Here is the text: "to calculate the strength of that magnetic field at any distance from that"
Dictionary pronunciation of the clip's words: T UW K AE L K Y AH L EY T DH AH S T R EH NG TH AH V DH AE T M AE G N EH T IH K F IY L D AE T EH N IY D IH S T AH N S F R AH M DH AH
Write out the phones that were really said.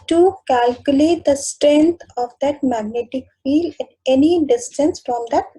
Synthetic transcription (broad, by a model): T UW K AE L K Y AH L EY T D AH S T R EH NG T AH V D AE T M AE G N EH T IH K F IY L D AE T EH N IY D IH S T AH N S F R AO M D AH